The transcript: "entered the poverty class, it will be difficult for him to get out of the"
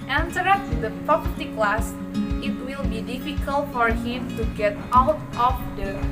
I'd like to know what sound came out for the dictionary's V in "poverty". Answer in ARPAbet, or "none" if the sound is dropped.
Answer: P